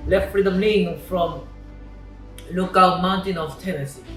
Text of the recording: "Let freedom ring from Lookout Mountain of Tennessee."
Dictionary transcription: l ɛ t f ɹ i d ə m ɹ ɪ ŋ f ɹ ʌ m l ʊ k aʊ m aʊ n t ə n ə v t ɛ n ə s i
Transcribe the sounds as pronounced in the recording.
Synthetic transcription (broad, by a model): l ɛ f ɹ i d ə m l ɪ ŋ f ɹ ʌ m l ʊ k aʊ m aʊ n t ə n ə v t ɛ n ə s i